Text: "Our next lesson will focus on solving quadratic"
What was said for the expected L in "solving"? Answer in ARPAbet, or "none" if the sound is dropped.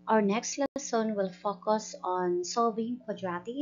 none